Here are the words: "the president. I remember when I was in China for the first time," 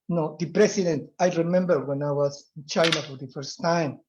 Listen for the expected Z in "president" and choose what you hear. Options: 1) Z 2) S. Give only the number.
2